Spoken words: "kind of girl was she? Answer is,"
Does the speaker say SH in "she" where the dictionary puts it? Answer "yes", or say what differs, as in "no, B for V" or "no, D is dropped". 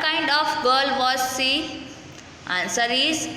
no, S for SH